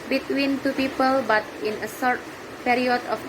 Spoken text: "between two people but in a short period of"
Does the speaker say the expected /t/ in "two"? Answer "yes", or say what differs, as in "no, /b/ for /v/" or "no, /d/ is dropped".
yes